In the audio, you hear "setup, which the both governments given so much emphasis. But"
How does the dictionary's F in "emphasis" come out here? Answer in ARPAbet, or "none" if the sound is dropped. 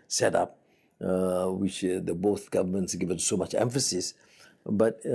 F